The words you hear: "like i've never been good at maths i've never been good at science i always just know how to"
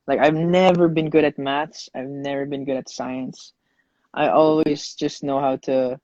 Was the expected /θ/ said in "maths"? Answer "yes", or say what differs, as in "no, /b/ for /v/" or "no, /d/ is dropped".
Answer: no, /t/ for /θ/